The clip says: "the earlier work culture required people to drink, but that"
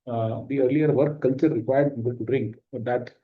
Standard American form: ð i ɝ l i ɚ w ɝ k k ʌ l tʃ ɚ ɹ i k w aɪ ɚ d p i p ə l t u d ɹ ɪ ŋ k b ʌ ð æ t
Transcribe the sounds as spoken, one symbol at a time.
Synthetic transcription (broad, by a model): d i ɝ l i ɚ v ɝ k k ʌ l tʃ ɚ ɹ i k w aɪ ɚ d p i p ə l t u d ɹ ɪ ŋ k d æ t